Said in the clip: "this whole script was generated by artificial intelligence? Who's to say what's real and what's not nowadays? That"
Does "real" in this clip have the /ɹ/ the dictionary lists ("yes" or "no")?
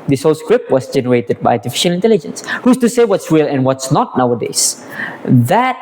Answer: no